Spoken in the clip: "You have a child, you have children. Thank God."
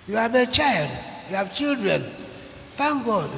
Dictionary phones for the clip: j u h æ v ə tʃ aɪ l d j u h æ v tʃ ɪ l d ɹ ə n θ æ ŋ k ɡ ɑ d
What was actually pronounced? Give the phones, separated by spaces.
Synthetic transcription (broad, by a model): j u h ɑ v ə tʃ aɪ l d j u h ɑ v tʃ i l d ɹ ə n f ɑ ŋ ɡ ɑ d